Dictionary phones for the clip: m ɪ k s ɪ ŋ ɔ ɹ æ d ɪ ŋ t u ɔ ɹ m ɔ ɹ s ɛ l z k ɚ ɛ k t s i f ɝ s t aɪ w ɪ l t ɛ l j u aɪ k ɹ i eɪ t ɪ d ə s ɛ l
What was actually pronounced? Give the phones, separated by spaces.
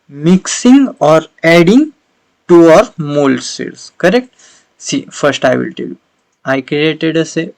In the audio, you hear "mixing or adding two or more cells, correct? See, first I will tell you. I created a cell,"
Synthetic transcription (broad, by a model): m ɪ k s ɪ ŋ ɔ ɹ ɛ d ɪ ŋ t u ɔ ɹ m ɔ l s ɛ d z k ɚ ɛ k t s i f ɝ s t aɪ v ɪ l t ɛ l j u aɪ k ɹ i eɪ t ɪ d ə s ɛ